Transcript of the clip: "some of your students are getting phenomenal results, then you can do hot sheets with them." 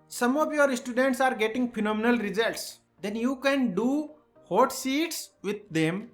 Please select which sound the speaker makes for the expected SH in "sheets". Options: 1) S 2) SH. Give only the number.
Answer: 1